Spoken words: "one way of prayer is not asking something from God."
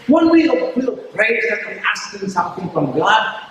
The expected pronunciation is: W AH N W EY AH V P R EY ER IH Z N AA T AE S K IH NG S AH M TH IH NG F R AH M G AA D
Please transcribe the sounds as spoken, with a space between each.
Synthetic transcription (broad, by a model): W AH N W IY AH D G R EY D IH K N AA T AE S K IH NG S AH M TH IH NG F R AH M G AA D